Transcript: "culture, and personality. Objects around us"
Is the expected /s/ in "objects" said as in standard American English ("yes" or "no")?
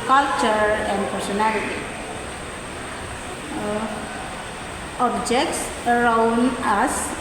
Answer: yes